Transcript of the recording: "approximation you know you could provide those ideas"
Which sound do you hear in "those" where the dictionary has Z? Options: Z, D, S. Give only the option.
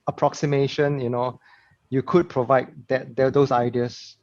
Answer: S